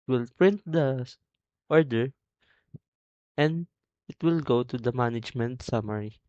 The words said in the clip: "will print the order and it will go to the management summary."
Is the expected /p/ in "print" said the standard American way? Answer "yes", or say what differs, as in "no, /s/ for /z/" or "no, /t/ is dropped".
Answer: yes